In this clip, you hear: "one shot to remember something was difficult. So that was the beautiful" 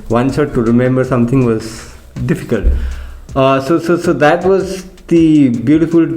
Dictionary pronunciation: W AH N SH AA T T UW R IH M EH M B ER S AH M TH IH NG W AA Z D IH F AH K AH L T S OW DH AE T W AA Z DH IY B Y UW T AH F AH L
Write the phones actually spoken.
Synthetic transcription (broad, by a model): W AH N S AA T T UW R IH M EH M B ER S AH M T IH NG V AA Z D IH F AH K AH L T S OW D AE T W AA Z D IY B Y UW T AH F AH L